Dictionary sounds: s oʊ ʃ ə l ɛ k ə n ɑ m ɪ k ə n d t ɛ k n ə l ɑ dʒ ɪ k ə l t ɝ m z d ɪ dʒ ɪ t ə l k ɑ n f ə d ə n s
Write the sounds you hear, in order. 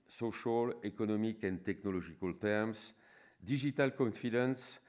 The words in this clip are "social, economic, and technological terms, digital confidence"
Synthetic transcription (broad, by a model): s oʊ ʃ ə l ɛ k ə n ɑ m ɪ k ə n t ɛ k n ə l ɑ ʒ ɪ k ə l t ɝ m s d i ʒ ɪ t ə l k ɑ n f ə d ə n s